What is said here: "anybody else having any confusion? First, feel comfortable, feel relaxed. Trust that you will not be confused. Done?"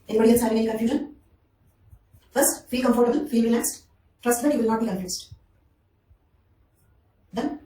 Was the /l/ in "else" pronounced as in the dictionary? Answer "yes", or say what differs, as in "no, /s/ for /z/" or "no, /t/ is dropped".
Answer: no, /n/ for /l/